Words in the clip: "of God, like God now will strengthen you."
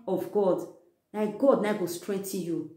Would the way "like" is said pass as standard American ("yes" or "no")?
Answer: no